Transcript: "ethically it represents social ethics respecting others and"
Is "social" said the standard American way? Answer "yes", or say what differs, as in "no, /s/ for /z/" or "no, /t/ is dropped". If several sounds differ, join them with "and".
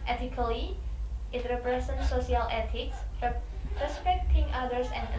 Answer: no, /ʃ/ is dropped